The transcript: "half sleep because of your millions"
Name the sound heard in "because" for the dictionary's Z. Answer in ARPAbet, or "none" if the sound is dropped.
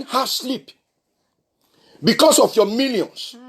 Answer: S